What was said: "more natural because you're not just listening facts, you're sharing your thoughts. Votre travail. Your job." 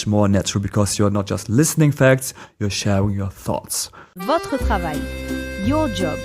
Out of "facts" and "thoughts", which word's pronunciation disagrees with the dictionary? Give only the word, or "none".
none